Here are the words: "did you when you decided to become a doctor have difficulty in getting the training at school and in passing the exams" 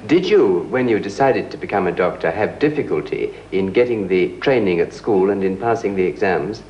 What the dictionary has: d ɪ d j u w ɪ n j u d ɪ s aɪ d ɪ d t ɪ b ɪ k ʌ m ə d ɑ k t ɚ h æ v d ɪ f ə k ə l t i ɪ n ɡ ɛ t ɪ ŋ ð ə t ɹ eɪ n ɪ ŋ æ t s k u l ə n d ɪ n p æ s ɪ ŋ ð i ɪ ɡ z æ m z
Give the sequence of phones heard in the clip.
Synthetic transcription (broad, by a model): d ɪ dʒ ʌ w ɪ n j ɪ d ɪ s aɪ d ɪ d t ɪ b ɪ k ʌ m ə d ɑ k t ɚ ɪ v d ɪ f ə k ə l t i ɪ n ɡ ɛ t ɪ ŋ ð ə t ɹ eɪ n ɪ ŋ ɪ t s k u l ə n ɪ n p æ s ɪ ŋ ð i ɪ ɡ z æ m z